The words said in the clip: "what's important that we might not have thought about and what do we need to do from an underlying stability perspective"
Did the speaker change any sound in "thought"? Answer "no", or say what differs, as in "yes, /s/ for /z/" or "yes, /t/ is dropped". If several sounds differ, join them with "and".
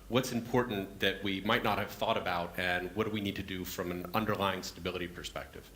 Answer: no